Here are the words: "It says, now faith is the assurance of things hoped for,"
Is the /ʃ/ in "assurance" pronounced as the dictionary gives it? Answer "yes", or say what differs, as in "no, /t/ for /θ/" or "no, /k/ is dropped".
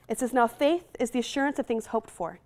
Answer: yes